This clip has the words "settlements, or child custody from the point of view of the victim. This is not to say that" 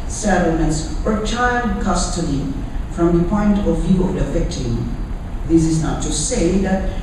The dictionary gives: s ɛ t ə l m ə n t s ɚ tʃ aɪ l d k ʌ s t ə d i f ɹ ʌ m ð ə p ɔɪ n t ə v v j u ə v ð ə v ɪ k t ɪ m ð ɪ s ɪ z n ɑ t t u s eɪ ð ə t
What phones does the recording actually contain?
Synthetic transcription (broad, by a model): s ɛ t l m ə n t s ɚ tʃ aɪ l d k ʌ s t ə d i f ɹ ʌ m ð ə p ɔɪ n t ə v v j u ə v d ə f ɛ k t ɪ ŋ ð ɪ s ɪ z n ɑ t t u s eɪ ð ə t